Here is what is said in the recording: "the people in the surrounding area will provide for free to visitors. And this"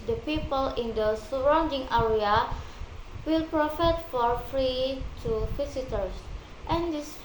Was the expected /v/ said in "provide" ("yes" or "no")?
no